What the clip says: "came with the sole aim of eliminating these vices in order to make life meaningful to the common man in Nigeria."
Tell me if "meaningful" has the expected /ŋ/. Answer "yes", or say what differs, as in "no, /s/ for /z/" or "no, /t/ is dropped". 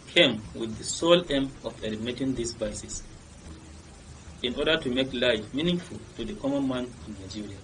yes